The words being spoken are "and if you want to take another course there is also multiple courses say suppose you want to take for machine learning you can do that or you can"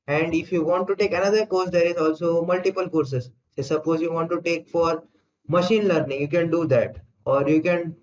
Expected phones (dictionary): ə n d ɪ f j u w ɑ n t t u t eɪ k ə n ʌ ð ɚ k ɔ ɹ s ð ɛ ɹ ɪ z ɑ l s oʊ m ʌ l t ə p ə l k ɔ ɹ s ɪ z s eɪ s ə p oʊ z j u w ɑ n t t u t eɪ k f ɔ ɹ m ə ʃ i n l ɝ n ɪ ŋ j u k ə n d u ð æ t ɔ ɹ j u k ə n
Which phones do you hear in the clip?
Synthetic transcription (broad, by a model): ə n d ɪ f j u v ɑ n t t u t eɪ k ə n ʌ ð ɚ k ɔ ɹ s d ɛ ɹ ɪ z ɑ l s oʊ m ʌ l t ə p ə l k ɔ ɹ s ɪ z s eɪ s ə p oʊ z j u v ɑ n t t u t eɪ k f ɔ ɹ m ə ʃ i n l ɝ n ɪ ŋ j u k ə n d u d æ t ɔ ɹ j u k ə n